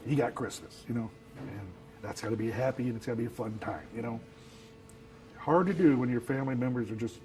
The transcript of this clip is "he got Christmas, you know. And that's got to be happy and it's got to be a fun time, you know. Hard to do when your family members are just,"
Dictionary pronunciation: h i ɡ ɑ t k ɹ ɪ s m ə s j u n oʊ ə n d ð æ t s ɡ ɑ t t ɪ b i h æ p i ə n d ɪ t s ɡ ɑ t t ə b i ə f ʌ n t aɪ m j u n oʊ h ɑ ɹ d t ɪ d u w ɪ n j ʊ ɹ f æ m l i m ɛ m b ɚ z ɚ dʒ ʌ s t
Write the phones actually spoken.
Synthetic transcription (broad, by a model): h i ɡ ɑ t k ɹ ɪ s m ə s j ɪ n oʊ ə n ð æ t s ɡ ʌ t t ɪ b i h æ p i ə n ɪ t s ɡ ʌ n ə b i ə f ʌ n t aɪ m j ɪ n oʊ h ɑ ɹ d t ɪ d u w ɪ n j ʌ ɹ f æ m l i m ɛ m b ɚ z ɚ dʒ ʌ s t